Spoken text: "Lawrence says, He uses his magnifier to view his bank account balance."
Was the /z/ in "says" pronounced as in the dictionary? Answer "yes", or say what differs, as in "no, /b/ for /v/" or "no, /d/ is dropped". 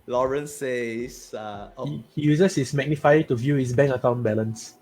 no, /z/ is dropped